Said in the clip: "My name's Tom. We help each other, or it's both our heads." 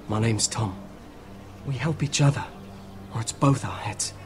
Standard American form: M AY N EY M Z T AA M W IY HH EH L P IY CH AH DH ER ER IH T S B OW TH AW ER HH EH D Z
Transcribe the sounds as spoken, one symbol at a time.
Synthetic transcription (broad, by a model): M AY N EY M Z T AA M W IY HH EH L P IY CH AH DH ER ER IH T S B OW TH AW ER HH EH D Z